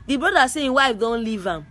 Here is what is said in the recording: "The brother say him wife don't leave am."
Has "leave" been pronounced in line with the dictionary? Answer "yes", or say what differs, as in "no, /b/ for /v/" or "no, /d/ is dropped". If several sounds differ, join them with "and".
yes